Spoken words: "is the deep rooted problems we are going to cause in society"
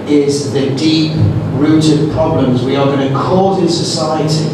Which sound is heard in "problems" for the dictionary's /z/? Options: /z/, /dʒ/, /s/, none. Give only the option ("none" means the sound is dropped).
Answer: /z/